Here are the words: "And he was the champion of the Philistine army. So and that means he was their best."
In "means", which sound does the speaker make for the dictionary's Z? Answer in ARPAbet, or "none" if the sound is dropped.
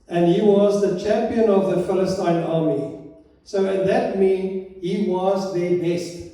none